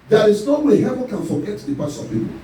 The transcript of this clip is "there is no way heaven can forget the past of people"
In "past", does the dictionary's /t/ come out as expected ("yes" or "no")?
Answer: no